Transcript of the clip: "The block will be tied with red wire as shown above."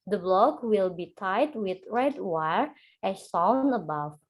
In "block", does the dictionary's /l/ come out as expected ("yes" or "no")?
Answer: yes